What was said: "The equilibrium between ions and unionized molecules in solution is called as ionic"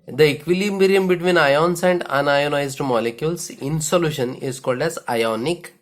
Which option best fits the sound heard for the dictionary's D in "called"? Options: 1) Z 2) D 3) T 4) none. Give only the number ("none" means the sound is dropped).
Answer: 2